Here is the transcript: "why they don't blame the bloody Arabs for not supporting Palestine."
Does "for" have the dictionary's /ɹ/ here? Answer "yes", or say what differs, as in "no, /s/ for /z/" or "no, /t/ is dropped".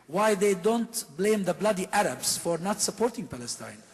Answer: yes